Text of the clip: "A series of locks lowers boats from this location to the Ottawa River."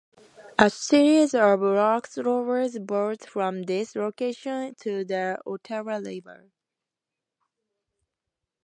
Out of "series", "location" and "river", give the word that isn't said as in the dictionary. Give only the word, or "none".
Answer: river